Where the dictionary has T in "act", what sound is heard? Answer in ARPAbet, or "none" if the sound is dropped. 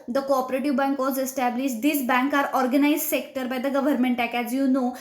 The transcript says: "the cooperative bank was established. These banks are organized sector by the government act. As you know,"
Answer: none